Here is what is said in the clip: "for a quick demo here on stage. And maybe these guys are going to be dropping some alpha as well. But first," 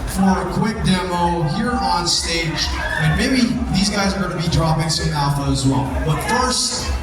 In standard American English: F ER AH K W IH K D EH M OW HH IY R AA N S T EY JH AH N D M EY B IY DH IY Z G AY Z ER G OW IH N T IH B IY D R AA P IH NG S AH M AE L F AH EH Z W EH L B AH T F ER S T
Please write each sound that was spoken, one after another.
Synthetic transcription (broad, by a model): F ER AH K W IH K D EH M OW HH IY R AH N S T EY JH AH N M EY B IY DH IY Z G AY Z ER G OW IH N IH B IY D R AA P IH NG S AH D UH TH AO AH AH Z W EH L B AH T F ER S T